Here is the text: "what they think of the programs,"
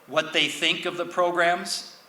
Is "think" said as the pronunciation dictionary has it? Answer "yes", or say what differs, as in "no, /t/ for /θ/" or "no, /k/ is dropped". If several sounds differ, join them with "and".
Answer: yes